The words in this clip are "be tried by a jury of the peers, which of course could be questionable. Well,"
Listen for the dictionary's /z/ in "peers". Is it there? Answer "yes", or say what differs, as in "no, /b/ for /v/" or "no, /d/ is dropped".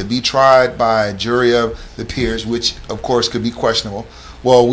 yes